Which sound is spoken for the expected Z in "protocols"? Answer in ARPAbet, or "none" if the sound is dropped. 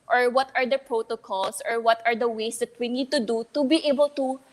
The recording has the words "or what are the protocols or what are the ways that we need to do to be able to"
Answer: S